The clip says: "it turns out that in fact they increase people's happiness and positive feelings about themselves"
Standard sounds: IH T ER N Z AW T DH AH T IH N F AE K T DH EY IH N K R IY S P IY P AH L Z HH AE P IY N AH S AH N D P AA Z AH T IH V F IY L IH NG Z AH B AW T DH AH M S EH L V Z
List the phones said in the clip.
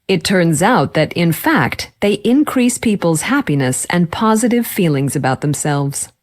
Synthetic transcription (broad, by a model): IH T ER N Z AW T DH AH T IH N F AE K T DH EY IH N K R IY S P IY P L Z HH AE P IY N AH S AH N P AA Z AH T IH V F IY L IH NG Z AH B AW T DH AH M S EH L V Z